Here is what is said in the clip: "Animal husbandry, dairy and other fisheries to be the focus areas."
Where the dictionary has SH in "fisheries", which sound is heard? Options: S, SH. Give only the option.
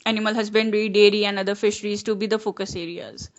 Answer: SH